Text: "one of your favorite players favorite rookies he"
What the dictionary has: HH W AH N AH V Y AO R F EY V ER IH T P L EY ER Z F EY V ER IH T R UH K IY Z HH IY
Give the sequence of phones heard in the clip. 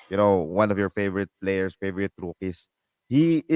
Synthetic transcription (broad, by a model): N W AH N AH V Y AO R F EY V ER IH T P L EY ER S F EY V ER IH T R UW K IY S HH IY